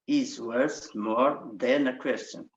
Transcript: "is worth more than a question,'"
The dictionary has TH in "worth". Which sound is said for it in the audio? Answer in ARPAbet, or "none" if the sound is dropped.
S